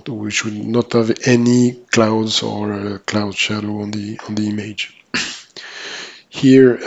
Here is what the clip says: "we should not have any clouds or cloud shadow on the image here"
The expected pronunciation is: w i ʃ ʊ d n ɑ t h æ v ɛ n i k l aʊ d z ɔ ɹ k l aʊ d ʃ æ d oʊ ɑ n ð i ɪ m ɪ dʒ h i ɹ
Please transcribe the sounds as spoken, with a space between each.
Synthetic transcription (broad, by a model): w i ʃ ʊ d n ɑ t h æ v ɛ n i k l aʊ d z ɔ ɹ k l aʊ d ʃ æ d oʊ ɑ n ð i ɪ m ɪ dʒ h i ɹ